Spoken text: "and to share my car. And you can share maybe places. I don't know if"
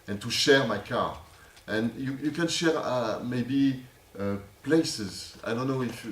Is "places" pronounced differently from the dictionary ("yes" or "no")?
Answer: no